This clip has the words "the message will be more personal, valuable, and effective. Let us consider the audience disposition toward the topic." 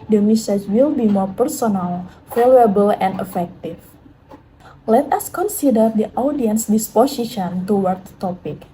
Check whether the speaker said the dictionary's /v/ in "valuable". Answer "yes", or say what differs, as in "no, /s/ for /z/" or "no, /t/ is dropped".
no, /f/ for /v/